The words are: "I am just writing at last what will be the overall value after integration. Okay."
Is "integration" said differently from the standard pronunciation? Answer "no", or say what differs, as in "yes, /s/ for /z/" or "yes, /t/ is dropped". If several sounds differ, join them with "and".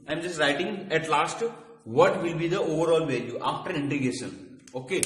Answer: yes, /ɹ/ is dropped